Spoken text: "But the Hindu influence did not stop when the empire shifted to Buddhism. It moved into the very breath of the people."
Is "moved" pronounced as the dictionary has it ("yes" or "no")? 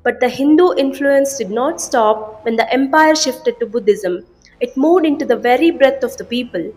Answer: no